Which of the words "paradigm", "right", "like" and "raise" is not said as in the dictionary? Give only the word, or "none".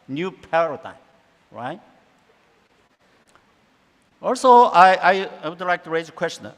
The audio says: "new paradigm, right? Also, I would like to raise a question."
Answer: none